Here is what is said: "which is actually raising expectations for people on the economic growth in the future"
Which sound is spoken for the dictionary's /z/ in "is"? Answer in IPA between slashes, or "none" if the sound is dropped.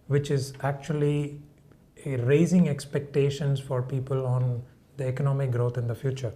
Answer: /z/